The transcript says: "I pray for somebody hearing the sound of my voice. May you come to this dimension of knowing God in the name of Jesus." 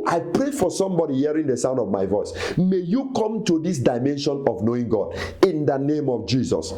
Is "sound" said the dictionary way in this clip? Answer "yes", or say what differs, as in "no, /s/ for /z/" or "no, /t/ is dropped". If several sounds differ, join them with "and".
yes